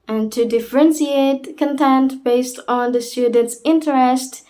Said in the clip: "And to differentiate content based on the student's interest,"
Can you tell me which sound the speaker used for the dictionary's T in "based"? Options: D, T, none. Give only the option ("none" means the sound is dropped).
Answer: T